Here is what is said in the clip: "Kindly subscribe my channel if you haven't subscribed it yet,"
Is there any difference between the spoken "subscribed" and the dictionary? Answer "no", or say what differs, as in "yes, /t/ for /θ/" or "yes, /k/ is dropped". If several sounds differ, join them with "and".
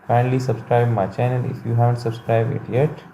yes, /d/ is dropped